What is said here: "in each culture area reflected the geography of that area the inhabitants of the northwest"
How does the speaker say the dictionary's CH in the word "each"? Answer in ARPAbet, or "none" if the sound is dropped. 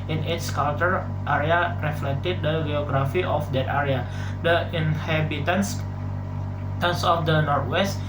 S